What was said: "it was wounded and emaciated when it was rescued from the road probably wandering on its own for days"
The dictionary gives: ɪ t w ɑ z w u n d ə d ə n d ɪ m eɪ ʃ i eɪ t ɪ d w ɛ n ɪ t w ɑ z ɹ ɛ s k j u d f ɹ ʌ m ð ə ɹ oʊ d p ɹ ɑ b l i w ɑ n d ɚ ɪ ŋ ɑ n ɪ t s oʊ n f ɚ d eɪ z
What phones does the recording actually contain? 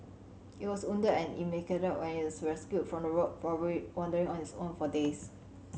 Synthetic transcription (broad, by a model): ɪ t w ɑ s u n d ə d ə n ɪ m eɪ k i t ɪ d w ɛ n ɪ t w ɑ s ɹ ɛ s k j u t f ɹ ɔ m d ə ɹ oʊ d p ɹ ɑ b i w ɑ n d ɚ ɪ ŋ ɑ n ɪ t s oʊ n f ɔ d eɪ s